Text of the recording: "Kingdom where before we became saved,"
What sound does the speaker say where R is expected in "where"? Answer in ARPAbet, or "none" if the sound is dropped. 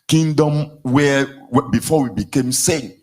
W